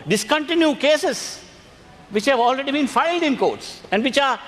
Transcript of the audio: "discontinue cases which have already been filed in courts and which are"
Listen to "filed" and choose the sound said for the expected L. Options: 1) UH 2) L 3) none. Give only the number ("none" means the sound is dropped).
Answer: 2